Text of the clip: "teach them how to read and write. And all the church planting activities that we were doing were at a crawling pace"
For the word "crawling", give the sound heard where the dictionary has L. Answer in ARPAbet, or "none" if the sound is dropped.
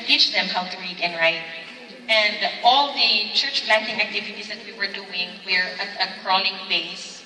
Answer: N